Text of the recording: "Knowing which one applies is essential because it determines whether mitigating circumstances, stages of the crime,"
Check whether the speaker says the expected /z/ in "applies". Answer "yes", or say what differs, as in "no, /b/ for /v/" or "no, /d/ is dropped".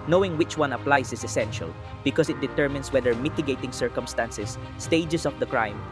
no, /s/ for /z/